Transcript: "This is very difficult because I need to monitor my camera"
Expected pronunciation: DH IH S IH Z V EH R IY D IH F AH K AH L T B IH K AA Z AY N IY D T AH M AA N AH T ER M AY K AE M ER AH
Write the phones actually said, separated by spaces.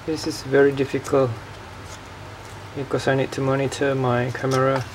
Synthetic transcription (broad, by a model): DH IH S IH Z V EH R IY D IH F AH K AH L T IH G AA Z AY N IY D T AH M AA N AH T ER M AY K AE M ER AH